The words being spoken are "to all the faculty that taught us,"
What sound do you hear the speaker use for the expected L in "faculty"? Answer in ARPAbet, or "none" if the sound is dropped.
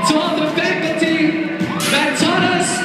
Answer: none